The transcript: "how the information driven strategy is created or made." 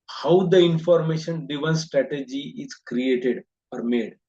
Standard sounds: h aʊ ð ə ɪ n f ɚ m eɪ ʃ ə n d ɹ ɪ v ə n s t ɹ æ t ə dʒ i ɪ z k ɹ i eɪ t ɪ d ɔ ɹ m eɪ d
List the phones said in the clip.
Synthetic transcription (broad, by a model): h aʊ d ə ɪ n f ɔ m eɪ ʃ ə n d ɪ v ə n s t ɹ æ t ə dʒ i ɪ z k ɹ i eɪ t ɪ d ɔ ɹ m eɪ d